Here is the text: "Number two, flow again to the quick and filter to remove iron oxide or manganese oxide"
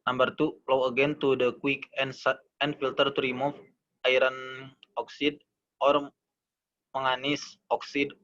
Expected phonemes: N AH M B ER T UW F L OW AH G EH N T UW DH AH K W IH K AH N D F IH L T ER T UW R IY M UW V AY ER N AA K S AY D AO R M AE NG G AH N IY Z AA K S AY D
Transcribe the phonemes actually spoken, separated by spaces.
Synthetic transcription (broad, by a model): N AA M B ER T UW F L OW AH G EH N T UW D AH K W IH K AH N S F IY L T ER T UW R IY M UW F AY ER N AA K S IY D AO R M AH NG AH N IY S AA K S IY D